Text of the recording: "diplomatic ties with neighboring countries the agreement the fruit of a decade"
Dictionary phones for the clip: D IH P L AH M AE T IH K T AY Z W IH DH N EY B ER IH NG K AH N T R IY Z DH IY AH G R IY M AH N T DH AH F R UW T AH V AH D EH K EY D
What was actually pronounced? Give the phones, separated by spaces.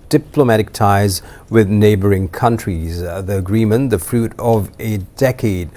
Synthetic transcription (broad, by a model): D IH P L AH M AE T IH K T AY Z W IH DH N EY B ER IH NG K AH N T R IY Z DH IY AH G R IY M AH N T DH AH F R UW T AH V AH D EH K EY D